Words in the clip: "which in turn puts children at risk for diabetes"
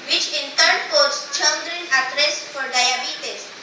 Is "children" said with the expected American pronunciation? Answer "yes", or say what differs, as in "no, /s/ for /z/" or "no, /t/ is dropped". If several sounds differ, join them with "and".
no, /n/ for /l/